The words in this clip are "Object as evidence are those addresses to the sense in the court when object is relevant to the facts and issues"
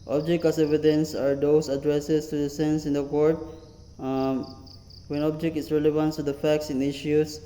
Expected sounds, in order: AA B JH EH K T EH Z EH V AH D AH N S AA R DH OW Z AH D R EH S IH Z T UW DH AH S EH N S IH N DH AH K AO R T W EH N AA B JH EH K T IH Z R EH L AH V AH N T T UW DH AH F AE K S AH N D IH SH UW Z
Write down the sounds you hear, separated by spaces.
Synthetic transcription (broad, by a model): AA B JH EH K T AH S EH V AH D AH N S AA R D OW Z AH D R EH S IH S T UW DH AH S EH N S IH N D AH K AO R T W EH N AA B JH EH K T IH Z R EH L AH V AH N T T UW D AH F AE K S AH N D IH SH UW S